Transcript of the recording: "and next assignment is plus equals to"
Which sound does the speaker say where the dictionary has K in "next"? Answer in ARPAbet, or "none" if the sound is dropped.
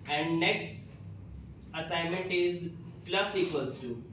K